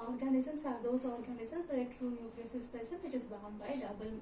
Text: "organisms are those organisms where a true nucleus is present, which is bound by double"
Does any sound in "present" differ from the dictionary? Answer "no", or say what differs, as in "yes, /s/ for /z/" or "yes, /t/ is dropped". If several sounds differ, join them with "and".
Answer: yes, /ɹ/ is dropped and /s/ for /z/